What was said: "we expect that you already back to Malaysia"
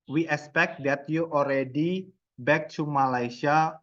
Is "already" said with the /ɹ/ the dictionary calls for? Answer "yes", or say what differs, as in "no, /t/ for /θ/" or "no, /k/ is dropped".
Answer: yes